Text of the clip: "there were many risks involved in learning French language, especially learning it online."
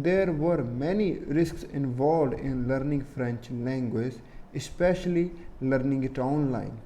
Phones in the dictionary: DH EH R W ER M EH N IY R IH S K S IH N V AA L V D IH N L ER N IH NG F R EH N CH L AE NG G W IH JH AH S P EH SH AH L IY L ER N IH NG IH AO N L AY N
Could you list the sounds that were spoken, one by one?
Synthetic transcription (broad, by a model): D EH R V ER M EH N IY R IH S K S IH N V AA L V D IH N L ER N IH NG F R EH N CH L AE NG G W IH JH AH S P EH SH AH L IY L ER N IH NG IH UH N L AY N